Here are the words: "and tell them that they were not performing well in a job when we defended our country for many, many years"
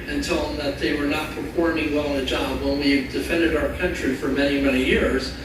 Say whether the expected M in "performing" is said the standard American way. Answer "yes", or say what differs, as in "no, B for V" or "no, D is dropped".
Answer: no, M is dropped